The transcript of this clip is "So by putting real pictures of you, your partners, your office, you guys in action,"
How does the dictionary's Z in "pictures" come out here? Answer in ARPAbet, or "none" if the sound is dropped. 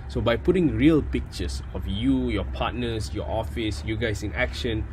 S